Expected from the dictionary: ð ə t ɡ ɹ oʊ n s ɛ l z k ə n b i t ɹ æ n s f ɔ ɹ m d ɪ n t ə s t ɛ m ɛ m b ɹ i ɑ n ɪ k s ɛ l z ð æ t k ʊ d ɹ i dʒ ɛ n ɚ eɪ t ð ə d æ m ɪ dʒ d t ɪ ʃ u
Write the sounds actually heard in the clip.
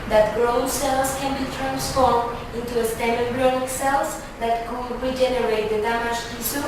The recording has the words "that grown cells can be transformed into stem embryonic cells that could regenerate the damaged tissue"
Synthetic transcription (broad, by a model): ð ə t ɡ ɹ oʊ s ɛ l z k ə n b i t ɹ æ n s f ɔ ɹ m d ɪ n t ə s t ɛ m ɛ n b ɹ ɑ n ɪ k s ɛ l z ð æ t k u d ɹ i dʒ ɛ n ɚ eɪ t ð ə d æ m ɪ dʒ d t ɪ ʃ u